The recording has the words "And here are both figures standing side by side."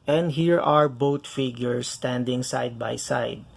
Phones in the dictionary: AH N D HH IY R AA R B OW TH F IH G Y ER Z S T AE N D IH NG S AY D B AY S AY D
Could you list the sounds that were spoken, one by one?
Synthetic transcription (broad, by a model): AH N D HH IY R AA R B OW T F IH G Y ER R S T AE N D IH NG S AY D B AY S AY D